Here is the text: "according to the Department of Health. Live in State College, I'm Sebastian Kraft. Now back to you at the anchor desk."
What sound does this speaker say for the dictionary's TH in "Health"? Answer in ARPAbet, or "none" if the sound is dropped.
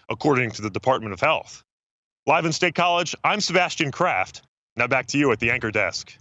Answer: TH